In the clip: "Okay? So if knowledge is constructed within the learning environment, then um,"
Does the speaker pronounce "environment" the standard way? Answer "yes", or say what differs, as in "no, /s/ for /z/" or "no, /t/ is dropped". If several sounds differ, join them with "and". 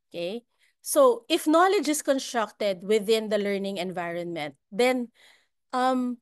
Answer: yes